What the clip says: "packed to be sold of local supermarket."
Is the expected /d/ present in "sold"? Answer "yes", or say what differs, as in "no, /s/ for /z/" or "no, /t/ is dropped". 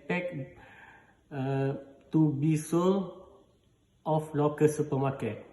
no, /d/ is dropped